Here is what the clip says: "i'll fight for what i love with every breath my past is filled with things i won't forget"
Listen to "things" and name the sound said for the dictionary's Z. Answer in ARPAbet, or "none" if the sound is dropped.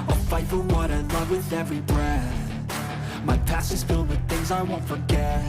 Z